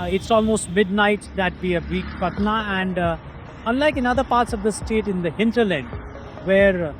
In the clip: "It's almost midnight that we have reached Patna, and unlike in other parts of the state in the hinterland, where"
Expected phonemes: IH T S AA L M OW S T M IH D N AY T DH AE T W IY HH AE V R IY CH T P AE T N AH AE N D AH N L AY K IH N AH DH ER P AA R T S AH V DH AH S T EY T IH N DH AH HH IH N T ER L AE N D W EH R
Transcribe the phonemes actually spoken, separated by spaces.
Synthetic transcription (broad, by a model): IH T S AA L M OW S T M IH D N AY T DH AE T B IY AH B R IY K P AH T N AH AE N D AH N L AY K IH N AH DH ER P AA R T S AH V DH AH S T EY T IH N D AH HH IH N T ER L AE N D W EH R